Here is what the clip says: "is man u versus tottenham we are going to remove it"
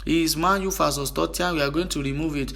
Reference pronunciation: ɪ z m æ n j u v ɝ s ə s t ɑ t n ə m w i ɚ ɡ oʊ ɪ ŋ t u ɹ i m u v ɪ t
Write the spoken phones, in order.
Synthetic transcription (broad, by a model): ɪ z m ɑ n j u f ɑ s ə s t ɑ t ə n w i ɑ ɡ oʊ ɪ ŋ t u ɹ i m u v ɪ t